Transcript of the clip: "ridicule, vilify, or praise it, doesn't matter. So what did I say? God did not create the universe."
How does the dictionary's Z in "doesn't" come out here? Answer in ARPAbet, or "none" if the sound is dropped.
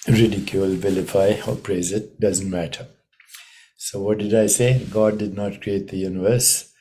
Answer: Z